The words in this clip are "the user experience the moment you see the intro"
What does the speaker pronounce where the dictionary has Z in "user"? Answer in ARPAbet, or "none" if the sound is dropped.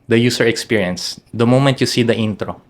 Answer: S